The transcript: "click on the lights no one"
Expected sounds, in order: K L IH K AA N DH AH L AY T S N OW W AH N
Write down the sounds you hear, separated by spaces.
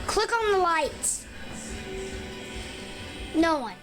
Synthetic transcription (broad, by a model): K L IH K N DH AH L AY T N OW W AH N